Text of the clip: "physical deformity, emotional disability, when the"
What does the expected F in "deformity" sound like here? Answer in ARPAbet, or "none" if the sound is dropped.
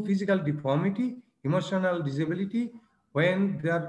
P